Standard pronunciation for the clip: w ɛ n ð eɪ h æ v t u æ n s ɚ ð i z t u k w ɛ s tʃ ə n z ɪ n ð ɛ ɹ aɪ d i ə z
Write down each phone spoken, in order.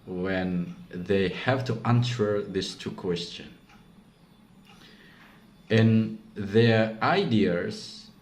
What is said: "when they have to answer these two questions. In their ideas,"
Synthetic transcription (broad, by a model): w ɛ n ð eɪ h æ v t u æ n s ɚ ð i s t u k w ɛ s tʃ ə n ɪ n ð ɛ ɹ aɪ d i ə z